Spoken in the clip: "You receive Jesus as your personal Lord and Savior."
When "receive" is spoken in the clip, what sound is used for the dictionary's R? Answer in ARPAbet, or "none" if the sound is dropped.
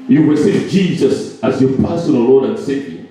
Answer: W